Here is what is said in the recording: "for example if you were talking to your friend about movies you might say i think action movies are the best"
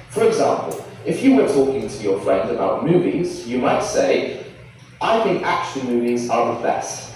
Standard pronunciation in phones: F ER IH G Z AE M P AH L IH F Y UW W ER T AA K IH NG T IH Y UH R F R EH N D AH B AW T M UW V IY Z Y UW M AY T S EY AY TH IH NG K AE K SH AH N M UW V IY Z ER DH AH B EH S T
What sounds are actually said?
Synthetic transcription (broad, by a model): F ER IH G Z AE M P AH L IH F Y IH W ER T AA K IH NG T IH Y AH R F R EH N D AH B AW T M UW V IY Z Y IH M AY T S EY AY TH IH NG K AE K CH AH L M UW V IY Z ER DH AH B EH S T